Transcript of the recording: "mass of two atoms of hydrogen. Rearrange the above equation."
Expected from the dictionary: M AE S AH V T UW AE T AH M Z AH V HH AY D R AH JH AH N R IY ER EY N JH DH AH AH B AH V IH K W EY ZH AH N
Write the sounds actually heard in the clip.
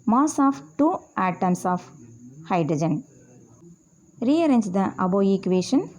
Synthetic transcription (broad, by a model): M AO S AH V T UW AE T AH M S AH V HH AY D R AH JH AH N R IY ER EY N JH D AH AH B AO IH K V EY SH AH N